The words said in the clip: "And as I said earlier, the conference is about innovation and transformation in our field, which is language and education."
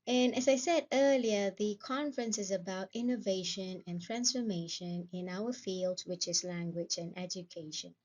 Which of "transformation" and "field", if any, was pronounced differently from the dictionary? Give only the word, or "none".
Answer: none